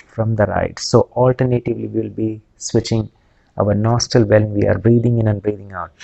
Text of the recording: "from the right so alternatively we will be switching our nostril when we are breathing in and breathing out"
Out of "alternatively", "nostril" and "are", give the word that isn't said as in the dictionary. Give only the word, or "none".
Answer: nostril